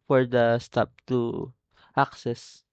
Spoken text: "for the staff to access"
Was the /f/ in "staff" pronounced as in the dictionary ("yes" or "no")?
no